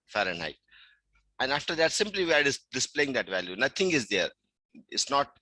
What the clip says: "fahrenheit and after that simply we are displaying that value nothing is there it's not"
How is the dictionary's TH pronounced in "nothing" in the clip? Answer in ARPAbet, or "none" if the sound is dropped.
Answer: T